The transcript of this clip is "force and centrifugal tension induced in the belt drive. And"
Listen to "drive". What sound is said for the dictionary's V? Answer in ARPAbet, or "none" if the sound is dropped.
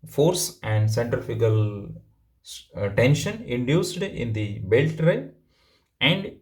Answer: none